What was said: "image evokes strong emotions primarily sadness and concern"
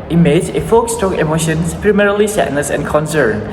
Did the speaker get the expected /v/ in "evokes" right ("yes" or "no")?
no